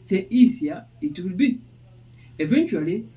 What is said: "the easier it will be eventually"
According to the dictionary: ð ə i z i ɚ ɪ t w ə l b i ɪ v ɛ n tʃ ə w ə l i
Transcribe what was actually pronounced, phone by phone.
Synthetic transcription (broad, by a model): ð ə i s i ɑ ɪ t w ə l b i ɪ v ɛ n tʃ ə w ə l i